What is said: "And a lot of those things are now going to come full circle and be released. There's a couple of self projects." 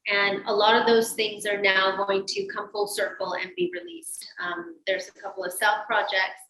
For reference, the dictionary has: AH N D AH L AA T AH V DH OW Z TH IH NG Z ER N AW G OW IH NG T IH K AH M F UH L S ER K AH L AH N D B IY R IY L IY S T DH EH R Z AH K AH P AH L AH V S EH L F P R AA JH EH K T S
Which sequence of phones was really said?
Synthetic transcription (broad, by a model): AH N AH L AA T AH V DH OW Z TH IH NG Z ER N AW G OW IH NG T IH K AH M F UH L S ER K L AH N B IY R IY L IY S T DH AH R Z AH K AH P L AH V S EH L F P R AA JH EH K T S